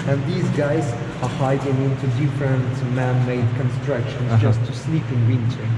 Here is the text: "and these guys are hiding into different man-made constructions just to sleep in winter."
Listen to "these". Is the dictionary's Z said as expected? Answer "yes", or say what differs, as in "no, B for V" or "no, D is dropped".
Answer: yes